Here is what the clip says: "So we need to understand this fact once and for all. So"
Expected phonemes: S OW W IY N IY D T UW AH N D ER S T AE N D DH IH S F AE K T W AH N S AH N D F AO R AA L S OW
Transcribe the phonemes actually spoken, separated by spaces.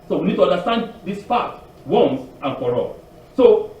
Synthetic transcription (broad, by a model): S OW W IY N IY D T UW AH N D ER S T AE N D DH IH S P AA T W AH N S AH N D F AO R AA L S OW